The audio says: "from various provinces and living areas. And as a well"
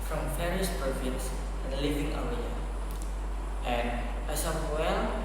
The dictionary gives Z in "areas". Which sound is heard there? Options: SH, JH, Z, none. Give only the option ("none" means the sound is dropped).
none